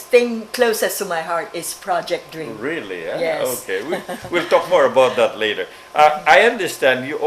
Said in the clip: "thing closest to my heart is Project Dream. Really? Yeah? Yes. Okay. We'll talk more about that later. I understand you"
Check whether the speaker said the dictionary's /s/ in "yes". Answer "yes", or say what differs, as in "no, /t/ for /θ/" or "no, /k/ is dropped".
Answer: no, /s/ is dropped